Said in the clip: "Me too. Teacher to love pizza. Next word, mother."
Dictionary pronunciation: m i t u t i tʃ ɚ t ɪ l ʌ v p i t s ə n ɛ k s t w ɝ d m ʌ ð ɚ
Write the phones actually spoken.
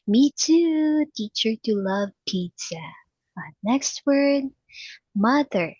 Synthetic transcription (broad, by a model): m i t u t i tʃ ɚ t ɪ l ʌ v p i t ə n ɛ k s t w ɝ d m ʌ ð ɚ